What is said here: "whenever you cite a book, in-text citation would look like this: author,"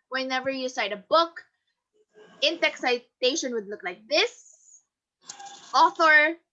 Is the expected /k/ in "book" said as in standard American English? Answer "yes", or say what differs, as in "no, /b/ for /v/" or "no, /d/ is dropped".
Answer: yes